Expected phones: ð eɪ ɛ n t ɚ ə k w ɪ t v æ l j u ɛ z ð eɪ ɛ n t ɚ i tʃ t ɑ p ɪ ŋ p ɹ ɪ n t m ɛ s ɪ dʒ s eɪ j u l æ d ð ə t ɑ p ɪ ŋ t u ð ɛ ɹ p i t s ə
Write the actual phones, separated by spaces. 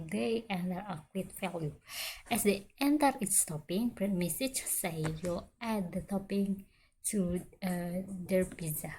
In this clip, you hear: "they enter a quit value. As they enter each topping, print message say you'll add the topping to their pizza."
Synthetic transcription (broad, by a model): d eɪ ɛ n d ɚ ə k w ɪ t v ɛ l j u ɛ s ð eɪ ɛ n t ɚ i s t ɑ p ɪ ŋ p ɹ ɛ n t m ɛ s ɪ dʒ s eɪ j u l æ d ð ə t ɑ p ɪ ŋ t u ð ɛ ɹ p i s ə